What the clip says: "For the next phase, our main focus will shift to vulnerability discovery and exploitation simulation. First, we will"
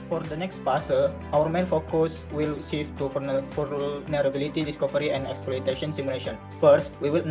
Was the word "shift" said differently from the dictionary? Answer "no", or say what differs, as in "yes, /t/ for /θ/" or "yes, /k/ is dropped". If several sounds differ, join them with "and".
yes, /s/ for /ʃ/